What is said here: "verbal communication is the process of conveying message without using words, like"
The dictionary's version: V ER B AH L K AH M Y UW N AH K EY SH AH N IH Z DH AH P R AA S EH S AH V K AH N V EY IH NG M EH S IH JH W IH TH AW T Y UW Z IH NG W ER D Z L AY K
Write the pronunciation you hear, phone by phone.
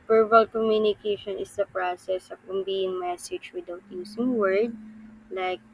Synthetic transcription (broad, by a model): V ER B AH L K AH M Y UW N AH K EY SH AH N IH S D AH P R AA S EH S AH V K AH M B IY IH NG M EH S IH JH W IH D AW T Y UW S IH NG W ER D L AY K